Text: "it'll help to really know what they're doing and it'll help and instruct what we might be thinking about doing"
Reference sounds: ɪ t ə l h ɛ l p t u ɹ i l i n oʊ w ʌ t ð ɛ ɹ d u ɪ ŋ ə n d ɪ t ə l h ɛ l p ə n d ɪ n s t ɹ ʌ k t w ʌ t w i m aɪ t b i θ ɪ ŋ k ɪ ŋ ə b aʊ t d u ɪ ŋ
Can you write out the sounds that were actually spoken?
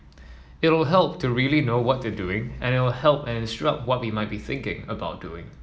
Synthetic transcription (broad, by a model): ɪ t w l h ɛ l p t u ɹ i l i n oʊ w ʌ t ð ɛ d u ɪ ŋ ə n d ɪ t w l h ɛ l p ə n ɪ n s t ɹ ʌ k t w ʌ t w i m aɪ t b i θ ɪ ŋ k ɪ ŋ ə b aʊ t d u ɪ ŋ